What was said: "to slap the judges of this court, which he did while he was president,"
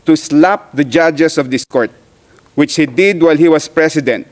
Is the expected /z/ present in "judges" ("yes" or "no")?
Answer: no